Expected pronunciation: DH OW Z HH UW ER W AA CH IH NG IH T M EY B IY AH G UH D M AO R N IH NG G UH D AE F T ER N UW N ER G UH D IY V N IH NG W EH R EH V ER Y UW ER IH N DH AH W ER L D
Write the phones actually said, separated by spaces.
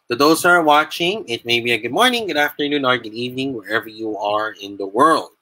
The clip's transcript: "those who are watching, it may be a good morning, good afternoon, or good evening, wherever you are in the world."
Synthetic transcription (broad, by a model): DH OW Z ER W AA CH IH NG IH T M EY B IY AH G UH D M AO R N IH NG G UH D AE F T ER N UW N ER G UH D IY V N IH NG W EH R EH V ER Y UW ER IH N DH AH W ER L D